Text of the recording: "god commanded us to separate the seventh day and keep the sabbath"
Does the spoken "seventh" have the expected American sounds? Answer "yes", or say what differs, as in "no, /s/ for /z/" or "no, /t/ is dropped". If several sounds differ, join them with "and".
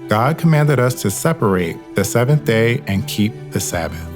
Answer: yes